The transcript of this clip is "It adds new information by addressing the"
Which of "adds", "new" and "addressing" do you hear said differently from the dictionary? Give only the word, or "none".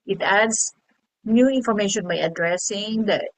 adds